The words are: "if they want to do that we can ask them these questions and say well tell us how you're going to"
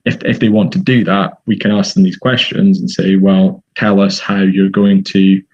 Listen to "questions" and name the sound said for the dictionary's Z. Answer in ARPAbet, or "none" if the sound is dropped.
Z